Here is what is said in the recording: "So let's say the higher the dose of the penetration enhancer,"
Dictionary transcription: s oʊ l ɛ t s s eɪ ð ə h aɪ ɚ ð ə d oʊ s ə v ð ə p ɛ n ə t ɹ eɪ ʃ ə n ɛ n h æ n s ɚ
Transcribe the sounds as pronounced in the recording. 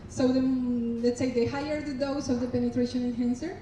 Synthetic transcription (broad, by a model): s oʊ l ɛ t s s eɪ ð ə h aɪ ɚ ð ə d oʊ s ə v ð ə p ɛ n ə t ɹ eɪ ʃ ə n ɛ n h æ n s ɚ